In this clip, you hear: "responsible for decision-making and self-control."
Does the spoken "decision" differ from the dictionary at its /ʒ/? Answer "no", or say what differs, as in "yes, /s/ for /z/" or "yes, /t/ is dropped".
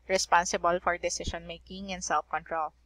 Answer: yes, /ʃ/ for /ʒ/